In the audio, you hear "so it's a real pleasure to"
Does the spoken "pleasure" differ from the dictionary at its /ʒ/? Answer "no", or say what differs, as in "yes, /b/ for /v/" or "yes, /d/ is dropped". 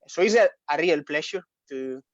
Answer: yes, /ʃ/ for /ʒ/